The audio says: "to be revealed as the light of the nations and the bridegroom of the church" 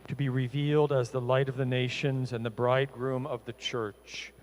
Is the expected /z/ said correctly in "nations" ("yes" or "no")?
yes